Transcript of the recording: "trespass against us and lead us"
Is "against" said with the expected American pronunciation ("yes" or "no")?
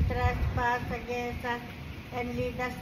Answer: no